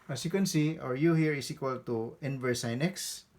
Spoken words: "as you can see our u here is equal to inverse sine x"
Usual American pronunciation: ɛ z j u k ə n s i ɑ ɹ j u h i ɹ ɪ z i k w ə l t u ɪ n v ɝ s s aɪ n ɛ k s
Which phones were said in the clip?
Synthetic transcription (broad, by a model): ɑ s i k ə n s i ɑ ɹ j u h i ɹ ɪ s i k w ə l t u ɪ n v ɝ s s aɪ n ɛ k s